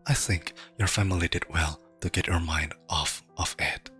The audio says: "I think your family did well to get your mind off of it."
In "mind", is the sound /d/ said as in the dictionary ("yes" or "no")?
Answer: yes